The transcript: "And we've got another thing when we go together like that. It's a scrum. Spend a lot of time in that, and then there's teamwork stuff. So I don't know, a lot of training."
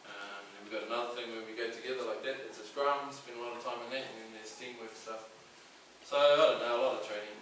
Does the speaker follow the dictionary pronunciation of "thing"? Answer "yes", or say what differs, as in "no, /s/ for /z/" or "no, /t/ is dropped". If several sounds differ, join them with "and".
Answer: yes